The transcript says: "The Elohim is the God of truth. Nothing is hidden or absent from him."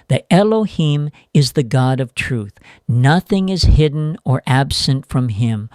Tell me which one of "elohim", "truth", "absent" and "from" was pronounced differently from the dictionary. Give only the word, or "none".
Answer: none